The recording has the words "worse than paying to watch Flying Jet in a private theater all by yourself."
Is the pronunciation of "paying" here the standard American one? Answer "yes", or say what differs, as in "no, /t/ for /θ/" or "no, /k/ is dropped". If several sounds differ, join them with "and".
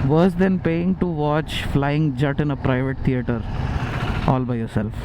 yes